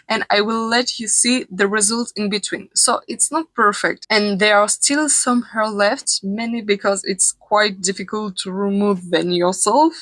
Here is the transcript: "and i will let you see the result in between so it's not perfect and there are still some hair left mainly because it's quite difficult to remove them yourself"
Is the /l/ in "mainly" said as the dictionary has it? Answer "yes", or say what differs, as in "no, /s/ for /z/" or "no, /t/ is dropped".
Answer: no, /l/ is dropped